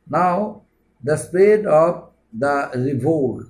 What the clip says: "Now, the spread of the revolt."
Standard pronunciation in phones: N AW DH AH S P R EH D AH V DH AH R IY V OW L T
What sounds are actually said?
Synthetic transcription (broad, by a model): N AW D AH S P EH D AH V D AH R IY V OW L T